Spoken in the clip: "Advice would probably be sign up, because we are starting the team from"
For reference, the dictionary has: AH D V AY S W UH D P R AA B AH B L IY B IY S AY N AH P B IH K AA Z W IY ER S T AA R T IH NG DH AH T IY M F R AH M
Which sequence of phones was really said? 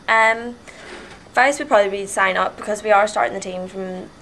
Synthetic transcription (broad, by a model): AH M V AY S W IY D P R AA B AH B L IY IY S AY N AH P B IH K AA Z W IY ER S T AA R T IH NG DH AH T IY M F R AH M